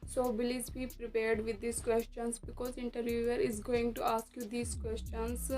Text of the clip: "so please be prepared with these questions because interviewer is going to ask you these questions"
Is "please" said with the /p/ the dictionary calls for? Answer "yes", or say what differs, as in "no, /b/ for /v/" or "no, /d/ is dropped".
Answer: no, /b/ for /p/